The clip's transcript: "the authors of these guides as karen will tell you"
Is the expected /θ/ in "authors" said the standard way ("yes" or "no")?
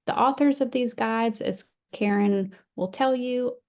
yes